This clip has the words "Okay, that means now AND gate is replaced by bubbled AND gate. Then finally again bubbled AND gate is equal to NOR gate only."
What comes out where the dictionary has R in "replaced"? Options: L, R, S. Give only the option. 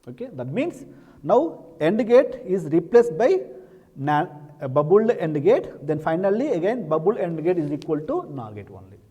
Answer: R